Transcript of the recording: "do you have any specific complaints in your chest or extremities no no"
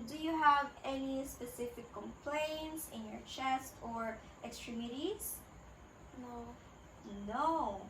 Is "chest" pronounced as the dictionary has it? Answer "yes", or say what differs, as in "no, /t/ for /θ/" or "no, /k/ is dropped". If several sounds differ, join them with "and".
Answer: yes